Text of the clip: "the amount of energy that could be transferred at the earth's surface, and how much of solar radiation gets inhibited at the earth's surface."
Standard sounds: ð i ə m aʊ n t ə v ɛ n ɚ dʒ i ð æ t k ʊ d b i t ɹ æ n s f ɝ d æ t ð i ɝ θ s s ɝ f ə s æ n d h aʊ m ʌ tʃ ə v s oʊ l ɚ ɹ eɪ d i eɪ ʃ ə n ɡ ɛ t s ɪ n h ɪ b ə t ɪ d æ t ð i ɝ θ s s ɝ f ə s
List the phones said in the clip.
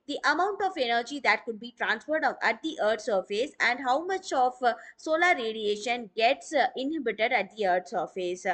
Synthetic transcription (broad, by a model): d i ə m aʊ n t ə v ɛ n ɚ dʒ i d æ t k ʊ d b i t ɹ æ n s f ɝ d æ t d i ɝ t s s ɝ f ə s æ n d h aʊ m ʌ tʃ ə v s oʊ l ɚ ɹ eɪ d i eɪ ʃ ə n ɡ ɛ t s ɪ n h ɪ b ə t ɪ d æ t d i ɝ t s s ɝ f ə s